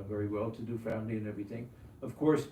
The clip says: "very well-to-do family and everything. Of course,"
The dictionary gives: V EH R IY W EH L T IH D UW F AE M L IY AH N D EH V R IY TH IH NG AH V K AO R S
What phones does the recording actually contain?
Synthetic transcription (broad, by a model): V EH R IY W EH L T IH D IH F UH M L IY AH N EH V R IY TH IH NG AH V K AO R S